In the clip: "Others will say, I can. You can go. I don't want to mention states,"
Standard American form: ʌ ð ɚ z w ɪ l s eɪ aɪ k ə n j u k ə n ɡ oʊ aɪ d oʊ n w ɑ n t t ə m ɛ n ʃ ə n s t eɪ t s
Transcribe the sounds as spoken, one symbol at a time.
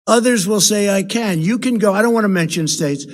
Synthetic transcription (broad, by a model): ʌ ð ɚ z w ɪ l s eɪ aɪ k ə n j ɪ k ə n ɡ oʊ aɪ d oʊ n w ɑ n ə m ɛ n ʃ ə n s t eɪ t s